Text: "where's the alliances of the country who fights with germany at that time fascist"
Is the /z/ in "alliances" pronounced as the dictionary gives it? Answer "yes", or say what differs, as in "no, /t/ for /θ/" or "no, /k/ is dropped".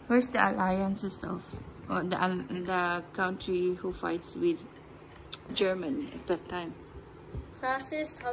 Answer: no, /s/ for /z/